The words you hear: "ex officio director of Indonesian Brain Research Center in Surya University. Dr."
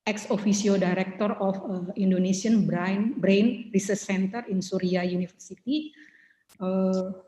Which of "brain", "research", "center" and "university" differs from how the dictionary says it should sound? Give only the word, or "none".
university